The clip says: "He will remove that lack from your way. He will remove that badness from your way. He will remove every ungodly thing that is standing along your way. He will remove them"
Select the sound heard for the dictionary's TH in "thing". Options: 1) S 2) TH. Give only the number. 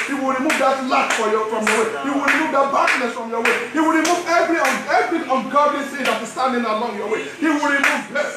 1